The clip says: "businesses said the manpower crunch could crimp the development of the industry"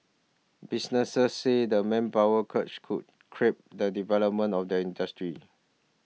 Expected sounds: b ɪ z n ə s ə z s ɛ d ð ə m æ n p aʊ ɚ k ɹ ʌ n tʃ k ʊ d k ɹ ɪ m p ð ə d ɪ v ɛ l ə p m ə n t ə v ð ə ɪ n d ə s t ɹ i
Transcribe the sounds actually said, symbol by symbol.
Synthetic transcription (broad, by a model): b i s n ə s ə s ɛ d ə m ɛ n p aʊ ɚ k ʌ tʃ k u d k ɹ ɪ p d ə d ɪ v ɛ l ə p m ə n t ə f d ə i n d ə s t ɹ i